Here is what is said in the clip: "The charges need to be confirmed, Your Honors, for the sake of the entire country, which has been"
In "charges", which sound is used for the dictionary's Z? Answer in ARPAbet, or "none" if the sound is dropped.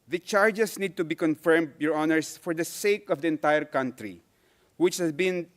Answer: S